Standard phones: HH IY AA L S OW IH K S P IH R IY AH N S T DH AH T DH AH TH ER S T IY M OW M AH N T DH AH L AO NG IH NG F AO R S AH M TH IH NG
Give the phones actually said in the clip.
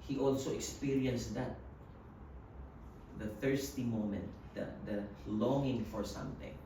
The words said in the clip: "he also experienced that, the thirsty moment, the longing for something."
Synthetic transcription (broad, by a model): HH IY AA L S OW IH K S P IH R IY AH N S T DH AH T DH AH TH ER S T IY M OW M AH N T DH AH L AO NG IH NG F AO R S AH M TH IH NG